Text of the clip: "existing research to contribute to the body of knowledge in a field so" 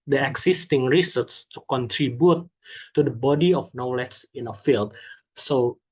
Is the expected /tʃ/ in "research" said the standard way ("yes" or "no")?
no